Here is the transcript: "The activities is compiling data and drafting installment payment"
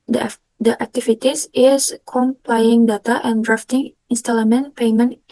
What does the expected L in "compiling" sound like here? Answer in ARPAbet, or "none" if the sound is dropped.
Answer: none